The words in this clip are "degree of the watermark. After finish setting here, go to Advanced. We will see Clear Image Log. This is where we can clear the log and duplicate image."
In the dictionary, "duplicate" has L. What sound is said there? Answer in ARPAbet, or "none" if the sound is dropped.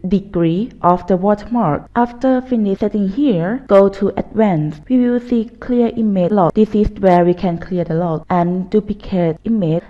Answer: none